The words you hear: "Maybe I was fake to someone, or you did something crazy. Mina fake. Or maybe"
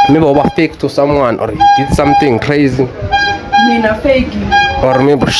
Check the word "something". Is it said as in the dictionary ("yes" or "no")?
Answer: no